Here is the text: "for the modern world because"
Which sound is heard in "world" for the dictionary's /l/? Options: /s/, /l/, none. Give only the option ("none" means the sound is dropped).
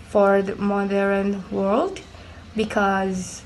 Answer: /l/